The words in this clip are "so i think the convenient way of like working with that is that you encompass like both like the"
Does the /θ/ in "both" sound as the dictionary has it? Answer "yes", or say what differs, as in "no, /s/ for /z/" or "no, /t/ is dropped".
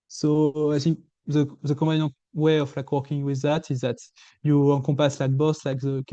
no, /s/ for /θ/